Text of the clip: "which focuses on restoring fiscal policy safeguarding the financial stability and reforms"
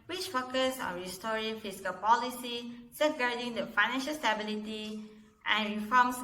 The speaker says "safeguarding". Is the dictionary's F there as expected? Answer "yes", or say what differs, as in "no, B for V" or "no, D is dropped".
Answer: no, F is dropped